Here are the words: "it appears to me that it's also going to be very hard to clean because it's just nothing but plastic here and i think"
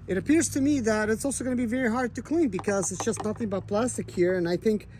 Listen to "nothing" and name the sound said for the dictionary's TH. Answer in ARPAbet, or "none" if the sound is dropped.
TH